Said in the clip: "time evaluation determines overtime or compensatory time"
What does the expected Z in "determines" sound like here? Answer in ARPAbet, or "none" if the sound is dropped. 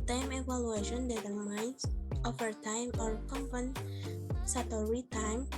S